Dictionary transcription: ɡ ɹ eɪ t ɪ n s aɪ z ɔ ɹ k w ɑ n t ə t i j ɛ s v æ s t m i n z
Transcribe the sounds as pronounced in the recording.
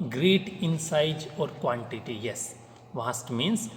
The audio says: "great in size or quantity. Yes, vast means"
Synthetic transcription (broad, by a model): ɡ ɹ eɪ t ɪ n s aɪ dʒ ɔ ɹ k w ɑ n t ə t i j ɛ s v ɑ s t m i n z